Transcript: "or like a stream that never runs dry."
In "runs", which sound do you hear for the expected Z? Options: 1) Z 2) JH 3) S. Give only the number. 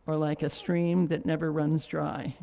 1